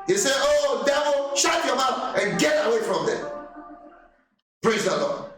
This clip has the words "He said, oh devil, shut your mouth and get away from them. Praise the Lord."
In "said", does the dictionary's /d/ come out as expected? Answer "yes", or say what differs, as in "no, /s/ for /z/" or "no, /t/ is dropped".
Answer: no, /d/ is dropped